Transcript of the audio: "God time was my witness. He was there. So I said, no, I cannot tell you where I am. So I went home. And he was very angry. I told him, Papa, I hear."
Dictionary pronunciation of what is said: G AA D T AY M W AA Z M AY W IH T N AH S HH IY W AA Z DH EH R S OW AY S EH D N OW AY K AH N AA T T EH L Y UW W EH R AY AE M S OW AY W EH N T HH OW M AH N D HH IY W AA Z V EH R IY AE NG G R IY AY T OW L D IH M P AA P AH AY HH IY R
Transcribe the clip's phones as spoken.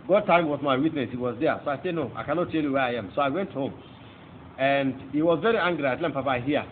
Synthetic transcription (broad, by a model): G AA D T AY M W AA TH M AY W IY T N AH S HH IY W AA Z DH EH S OW AY S EH D N OW AY K AH N AA T T EH L Y UW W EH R AY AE M S OW AY W EH N T HH OW M AH N D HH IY W AA Z V EH R IY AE NG G R IY AY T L IH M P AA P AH AY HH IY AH